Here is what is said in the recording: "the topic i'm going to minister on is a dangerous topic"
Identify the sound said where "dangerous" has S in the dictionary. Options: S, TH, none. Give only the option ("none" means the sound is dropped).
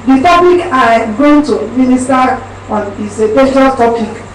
none